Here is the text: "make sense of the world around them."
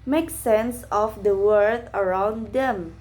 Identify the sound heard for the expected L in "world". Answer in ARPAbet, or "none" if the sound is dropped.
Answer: none